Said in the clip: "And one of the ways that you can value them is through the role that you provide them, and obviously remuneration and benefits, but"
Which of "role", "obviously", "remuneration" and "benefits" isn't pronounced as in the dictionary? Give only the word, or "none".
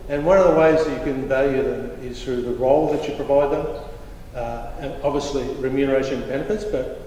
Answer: remuneration